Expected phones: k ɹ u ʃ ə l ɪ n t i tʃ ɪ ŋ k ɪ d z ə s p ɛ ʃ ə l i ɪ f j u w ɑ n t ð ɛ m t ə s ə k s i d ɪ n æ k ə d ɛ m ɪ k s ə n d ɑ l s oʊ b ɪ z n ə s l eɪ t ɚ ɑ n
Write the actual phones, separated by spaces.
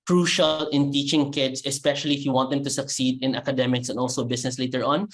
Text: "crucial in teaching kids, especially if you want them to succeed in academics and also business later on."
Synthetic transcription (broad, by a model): k ɹ u ʃ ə l ɪ n t i tʃ ɪ ŋ k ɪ d s ə s p ɛ ʃ ə l i ɪ f j u w ɑ n t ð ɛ m t ə s ə k s i d ɪ n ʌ k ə d ɛ m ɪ k s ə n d ɑ l s oʊ b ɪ s n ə s l eɪ t ɚ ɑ n